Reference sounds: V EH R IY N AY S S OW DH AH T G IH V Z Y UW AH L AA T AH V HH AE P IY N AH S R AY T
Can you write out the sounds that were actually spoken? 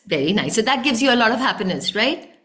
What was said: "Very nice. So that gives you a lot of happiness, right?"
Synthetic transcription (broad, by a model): V EH R IY N AY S S OW DH AH T G IH V Z Y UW AH L AA T AH V HH AE P IY N AH S R AY T